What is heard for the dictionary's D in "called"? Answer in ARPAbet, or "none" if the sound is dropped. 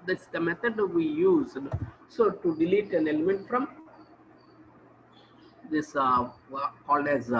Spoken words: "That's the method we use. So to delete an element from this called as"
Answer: none